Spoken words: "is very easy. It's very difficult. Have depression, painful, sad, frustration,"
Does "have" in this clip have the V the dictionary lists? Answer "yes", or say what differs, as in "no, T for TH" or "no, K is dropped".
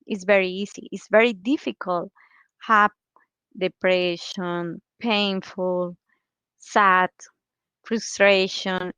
no, P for V